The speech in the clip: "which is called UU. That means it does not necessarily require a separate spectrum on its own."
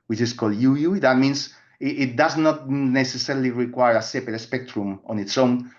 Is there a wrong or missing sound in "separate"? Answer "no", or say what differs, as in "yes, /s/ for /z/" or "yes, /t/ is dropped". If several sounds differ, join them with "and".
yes, /ɹ/ is dropped